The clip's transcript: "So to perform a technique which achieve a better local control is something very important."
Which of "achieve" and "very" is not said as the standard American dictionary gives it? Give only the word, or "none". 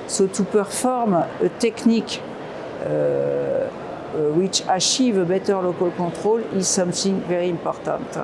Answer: achieve